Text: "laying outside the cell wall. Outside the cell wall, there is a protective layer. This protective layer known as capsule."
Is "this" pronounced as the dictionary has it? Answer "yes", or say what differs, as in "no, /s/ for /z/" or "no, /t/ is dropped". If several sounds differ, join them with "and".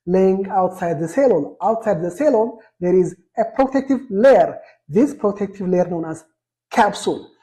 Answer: yes